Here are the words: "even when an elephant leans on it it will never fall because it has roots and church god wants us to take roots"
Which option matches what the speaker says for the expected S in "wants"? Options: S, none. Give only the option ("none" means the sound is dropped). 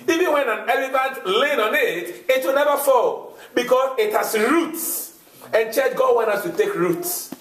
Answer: none